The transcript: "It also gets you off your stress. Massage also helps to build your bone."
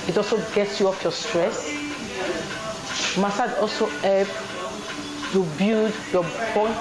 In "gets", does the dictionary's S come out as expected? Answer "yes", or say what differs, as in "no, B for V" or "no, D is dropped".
yes